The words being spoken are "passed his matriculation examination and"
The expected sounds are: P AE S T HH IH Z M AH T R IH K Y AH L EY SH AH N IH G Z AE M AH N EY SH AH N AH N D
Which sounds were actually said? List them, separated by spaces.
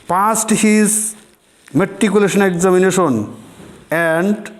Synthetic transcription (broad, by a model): P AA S T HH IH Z M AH T IY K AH L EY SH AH N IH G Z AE M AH N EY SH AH N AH N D